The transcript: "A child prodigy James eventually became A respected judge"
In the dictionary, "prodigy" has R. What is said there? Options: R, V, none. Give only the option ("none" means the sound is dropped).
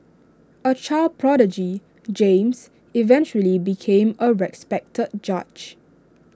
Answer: R